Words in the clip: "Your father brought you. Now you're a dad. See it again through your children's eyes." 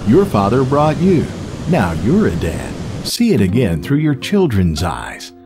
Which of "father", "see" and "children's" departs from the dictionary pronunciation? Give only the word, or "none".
none